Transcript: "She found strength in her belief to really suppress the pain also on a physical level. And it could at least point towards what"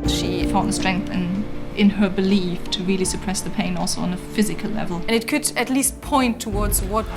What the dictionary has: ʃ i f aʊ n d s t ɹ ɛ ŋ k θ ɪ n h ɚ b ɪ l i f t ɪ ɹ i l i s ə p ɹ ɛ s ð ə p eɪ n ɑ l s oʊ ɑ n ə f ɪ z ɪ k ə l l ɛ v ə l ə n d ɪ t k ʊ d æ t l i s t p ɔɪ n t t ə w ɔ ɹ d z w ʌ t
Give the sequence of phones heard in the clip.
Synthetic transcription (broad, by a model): ʃ i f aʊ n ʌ s t ɹ ɛ ŋ k θ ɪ n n ɚ b ɪ l i f t ɪ ɹ i l i s ə p ɹ ɛ s ð ə p eɪ n ɑ l s oʊ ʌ n ə f ɪ z ɪ k ə l l ɛ v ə l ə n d ɪ t k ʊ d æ t l i s t p ɔɪ n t t ə w ɔ ɹ d z w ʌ t